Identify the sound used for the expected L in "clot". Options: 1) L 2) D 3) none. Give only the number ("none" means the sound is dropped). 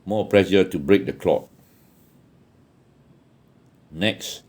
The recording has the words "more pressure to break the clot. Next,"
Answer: 1